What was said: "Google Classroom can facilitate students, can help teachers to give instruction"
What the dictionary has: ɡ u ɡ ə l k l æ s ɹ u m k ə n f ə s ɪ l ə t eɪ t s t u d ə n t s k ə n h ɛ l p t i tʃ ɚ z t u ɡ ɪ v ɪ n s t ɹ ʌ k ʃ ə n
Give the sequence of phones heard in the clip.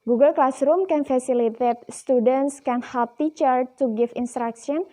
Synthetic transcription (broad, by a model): ɡ u ɡ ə l k l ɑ s ɹ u m k ə n f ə s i l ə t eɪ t s t u d ə n t s k ə n h ɛ l p t i tʃ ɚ t u ɡ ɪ f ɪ n s t ɹ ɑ k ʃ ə n